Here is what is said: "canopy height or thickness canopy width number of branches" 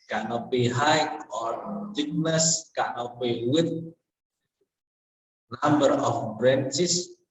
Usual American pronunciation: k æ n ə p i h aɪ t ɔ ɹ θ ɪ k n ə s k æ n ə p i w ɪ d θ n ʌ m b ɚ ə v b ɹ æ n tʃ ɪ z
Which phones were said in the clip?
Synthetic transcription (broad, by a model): k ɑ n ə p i h aɪ ɔ ɹ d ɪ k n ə s k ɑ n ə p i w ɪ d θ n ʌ m b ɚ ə f b ɹ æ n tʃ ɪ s